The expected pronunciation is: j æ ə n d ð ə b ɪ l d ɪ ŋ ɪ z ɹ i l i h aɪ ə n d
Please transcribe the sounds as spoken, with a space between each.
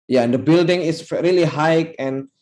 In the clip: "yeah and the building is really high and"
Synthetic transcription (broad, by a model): j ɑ ə n d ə b ɪ l d ɪ ŋ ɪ s ɹ i l i h aɪ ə n